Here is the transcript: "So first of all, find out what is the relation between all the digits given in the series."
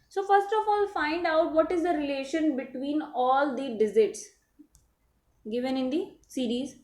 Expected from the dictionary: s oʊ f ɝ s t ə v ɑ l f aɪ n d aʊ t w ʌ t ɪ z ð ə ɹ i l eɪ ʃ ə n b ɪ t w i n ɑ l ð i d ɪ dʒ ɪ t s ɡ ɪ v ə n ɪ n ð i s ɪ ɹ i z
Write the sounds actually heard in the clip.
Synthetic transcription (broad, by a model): s oʊ f ɝ s t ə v ɑ l f aɪ n d aʊ t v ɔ t ɪ z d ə ɹ i l eɪ ʃ ə n b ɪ t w i n ɑ l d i d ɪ z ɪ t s ɡ ɪ v ə n ɪ n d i s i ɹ i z